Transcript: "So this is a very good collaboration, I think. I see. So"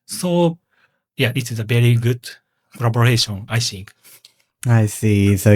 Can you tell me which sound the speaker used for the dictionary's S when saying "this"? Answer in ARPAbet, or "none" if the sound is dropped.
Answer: none